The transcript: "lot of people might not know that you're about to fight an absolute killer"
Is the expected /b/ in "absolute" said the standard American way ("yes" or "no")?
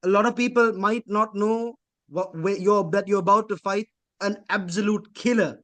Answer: yes